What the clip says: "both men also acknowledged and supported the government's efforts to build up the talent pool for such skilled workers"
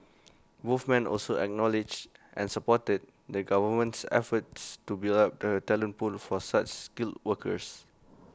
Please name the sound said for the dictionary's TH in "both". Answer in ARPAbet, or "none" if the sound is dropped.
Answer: F